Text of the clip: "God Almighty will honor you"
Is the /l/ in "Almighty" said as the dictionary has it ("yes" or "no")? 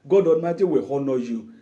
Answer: no